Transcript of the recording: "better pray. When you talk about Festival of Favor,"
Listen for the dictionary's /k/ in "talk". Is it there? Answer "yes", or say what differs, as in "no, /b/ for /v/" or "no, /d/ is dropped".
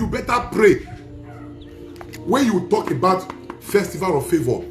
yes